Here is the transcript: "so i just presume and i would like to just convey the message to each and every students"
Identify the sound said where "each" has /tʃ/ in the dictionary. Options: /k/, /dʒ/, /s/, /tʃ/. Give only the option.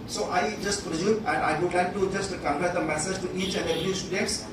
/tʃ/